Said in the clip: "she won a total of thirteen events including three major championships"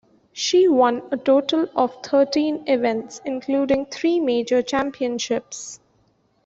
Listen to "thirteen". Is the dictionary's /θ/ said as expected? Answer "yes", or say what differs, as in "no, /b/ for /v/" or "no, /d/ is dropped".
no, /t/ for /θ/